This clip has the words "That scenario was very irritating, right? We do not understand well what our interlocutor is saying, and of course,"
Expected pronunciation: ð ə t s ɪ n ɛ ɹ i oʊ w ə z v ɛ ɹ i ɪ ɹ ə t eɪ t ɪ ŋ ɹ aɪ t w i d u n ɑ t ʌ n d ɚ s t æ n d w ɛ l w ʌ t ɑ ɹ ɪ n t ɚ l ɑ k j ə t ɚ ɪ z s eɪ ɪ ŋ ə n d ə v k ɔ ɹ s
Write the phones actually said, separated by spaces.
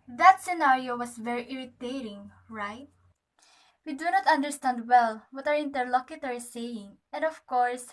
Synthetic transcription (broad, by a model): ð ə t s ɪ n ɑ ɹ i oʊ w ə s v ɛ ɹ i ɪ ɹ ə t eɪ t ɪ ŋ ɹ aɪ t w i d u n ɑ t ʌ n d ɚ s t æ n d w ɛ l w ʌ t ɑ w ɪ n t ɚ l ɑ k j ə t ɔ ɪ s eɪ ɪ ŋ ə n d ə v k ɔ ɹ s